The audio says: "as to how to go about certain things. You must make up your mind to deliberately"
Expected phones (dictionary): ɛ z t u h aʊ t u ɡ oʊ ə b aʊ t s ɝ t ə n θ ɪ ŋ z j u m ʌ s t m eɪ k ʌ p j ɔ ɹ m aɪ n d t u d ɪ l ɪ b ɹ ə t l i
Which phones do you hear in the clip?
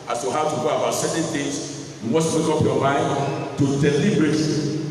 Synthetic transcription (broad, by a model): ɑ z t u h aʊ t u ɡ oʊ ə b aʊ t s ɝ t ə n t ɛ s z j u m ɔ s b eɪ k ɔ p j ɔ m aɪ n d t u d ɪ l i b ɹ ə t